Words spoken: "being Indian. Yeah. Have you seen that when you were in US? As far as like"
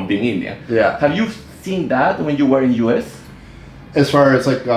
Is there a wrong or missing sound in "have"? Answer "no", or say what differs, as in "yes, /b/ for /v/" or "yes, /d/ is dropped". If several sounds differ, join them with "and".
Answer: no